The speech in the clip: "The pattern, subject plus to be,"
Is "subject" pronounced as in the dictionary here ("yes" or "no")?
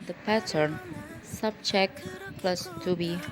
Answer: no